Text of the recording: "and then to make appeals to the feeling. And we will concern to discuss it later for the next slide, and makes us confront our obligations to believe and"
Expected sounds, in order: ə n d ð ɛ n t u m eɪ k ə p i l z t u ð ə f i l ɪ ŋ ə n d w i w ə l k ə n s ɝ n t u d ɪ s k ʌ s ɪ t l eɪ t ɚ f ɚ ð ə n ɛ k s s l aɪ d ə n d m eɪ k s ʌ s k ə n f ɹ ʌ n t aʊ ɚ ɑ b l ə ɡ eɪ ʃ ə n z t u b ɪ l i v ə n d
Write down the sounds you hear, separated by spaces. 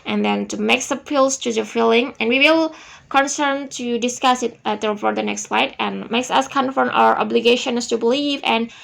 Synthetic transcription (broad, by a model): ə n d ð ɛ n t u m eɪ k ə p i l s t u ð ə f i l ɪ ŋ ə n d w i w ə l k ə n s ɝ n t u d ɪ s k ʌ s ɪ t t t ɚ p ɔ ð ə n ɛ k s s l aɪ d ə n m eɪ k s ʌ s k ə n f ʌ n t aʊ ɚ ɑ b l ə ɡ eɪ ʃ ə n s t u b ɪ l i v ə n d